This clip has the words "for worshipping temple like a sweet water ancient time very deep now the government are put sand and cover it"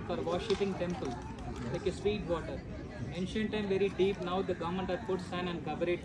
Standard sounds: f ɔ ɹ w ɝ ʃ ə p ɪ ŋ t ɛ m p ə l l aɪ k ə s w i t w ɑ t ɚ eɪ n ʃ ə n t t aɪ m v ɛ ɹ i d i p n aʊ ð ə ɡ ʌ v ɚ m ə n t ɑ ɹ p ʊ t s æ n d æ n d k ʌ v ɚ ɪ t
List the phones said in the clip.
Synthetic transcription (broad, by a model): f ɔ ɹ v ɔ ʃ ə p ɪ ŋ t ɛ m p ə l l aɪ k ə s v i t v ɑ t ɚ eɪ n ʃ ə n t t aɪ m v ɛ ɹ i d i p n aʊ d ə ɡ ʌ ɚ m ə n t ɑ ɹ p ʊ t s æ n æ n d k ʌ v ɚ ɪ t